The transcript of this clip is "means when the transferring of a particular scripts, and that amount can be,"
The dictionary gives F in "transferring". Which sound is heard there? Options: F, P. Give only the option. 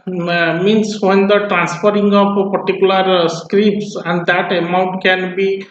P